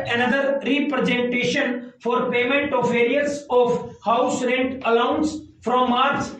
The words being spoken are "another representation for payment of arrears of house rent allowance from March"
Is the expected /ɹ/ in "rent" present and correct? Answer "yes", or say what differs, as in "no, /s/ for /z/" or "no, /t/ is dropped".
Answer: yes